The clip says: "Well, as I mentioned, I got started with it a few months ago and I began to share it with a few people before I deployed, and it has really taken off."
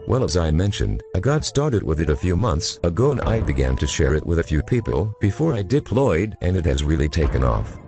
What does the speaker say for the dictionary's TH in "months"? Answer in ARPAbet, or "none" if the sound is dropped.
TH